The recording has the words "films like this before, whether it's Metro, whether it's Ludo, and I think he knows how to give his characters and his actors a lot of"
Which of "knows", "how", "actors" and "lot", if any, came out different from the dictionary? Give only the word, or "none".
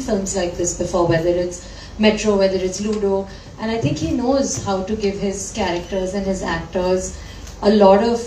none